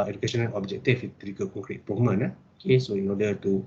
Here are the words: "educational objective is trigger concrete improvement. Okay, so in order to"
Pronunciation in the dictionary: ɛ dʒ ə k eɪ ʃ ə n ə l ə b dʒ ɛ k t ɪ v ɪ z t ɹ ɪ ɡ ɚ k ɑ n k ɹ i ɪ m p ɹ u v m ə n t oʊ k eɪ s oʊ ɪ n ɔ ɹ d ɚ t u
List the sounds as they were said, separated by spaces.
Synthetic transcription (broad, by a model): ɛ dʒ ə k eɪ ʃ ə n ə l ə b dʒ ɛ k t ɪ f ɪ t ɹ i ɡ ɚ k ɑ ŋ k ɹ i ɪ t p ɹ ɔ m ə n oʊ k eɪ s oʊ ɪ n ɔ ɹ d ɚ t u